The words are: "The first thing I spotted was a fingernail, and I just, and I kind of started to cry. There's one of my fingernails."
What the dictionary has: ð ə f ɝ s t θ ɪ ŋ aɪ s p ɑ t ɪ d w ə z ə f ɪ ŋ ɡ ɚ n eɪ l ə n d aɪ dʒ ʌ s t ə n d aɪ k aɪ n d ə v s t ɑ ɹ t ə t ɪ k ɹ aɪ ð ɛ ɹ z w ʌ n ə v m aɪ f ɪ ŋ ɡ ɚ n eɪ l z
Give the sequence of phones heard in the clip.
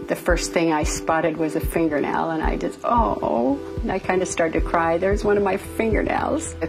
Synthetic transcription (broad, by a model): ð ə f ɝ s t θ ɪ ŋ aɪ s p ɑ t ɪ d w ə z ə f ɪ ŋ ɡ ɚ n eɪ l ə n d aɪ dʒ ʌ s t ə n aɪ k aɪ n d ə s t ɑ ɹ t t ɪ k ɹ aɪ ð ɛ ɹ z w ʌ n ə v m aɪ f ɪ ŋ ɡ ɚ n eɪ l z